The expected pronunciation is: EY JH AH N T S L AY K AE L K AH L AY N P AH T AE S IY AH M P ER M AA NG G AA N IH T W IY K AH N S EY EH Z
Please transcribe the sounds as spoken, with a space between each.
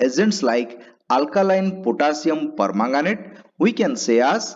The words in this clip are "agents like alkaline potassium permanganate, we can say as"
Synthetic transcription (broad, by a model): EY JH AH N T S L AY K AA L K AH L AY N P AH T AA S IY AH M P ER M AA NG G AA N IH T W IY K AH N S EY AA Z